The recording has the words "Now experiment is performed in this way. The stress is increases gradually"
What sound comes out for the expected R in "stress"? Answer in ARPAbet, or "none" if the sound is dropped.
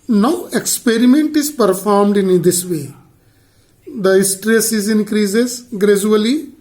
R